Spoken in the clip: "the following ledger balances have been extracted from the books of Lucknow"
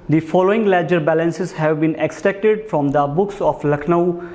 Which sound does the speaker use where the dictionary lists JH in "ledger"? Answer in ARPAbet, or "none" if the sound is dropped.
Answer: JH